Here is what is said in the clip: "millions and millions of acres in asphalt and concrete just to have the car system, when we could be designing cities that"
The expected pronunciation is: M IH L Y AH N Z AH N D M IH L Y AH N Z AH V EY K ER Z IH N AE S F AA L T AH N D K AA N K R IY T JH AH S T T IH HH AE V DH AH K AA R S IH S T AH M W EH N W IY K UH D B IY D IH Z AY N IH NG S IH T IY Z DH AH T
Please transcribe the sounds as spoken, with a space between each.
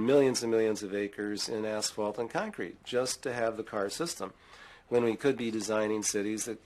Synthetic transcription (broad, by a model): M IH L Y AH N Z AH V M IH L Y AH N Z AH V EY K ER Z IH N AE S F AA L T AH N K AA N K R IY T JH AH S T T IH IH V DH AH K AA R S IH S T AH M W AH N W IY K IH D B IY D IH Z AY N IH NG S IH T IY Z DH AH T